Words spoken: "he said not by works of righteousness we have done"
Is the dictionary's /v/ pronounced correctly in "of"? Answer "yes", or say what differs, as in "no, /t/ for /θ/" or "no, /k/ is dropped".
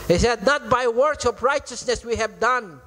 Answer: no, /p/ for /v/